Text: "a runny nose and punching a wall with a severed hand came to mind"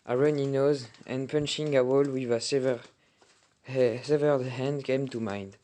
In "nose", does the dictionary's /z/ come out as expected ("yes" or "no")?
yes